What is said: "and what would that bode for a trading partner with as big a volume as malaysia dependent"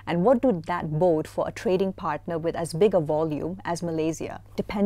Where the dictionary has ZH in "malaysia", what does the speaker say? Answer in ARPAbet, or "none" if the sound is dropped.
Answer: Z